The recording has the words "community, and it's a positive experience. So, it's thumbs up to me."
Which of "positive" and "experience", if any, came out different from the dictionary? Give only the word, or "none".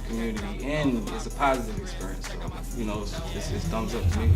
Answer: none